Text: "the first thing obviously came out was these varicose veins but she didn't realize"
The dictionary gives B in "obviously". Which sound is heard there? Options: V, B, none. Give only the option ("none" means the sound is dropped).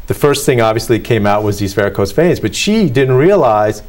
B